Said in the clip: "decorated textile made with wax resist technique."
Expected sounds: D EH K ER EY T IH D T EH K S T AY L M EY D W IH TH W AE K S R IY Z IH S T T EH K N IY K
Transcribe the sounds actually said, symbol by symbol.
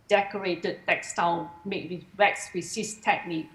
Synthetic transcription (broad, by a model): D EH K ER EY T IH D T EH K S T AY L M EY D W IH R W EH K S W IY S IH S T T EH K N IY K